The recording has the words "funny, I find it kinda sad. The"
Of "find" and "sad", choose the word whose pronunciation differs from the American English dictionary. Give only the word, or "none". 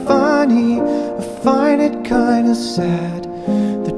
find